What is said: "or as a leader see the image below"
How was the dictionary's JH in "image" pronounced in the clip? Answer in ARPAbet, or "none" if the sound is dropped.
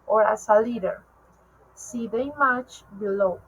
CH